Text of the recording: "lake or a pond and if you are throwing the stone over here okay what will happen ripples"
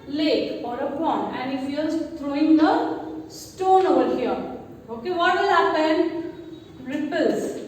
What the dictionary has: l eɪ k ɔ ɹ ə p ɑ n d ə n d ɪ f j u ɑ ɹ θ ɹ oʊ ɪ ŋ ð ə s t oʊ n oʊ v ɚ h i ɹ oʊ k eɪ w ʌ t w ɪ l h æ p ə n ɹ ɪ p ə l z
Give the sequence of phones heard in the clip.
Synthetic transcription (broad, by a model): l eɪ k ɔ ɹ ə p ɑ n ə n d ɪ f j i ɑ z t ɹ oʊ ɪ ŋ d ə s t oʊ n oʊ v ɚ h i ɹ oʊ k eɪ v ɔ t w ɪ l h æ p ə n ɹ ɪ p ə l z